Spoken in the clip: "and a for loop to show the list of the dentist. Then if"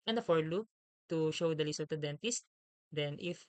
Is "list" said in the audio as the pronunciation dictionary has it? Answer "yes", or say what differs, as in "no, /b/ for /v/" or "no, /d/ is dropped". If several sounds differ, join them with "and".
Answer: no, /t/ is dropped